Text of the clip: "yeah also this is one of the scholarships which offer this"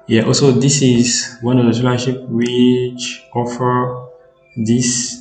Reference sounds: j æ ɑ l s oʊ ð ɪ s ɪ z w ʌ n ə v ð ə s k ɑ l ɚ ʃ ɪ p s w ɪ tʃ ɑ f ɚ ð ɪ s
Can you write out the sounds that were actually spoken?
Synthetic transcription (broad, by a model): j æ ɑ l s oʊ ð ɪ s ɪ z w ʌ n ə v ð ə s ɑ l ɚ ʃ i p w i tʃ ɑ f ɚ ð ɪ s